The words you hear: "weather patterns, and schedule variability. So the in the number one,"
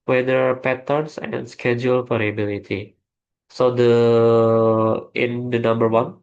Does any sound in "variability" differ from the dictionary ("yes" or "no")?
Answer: yes